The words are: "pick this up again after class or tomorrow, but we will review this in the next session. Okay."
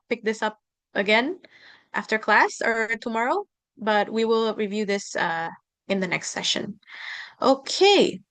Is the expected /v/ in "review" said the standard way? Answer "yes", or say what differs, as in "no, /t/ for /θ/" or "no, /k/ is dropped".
yes